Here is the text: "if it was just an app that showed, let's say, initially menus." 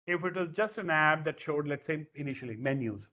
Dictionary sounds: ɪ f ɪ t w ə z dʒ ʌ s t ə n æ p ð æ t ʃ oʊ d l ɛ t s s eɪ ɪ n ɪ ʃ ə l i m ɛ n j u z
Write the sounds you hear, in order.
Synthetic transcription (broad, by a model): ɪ f ɪ t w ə z dʒ ʌ s t ə n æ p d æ t ʃ oʊ d l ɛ t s s eɪ ɪ n ɪ ʃ ə l i m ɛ n j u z